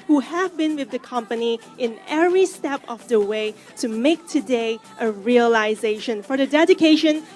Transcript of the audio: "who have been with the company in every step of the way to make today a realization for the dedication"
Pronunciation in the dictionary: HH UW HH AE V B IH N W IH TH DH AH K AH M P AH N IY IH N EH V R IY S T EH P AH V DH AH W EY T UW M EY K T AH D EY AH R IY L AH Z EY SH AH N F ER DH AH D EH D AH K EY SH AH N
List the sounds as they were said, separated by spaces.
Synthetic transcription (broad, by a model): HH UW HH AE V B IH N W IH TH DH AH K AH M P AH N IY IH N EH V R IY S T EH P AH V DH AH W EY T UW M EY K T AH D EY AH R IY L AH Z EY SH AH N F ER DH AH D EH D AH K EY SH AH N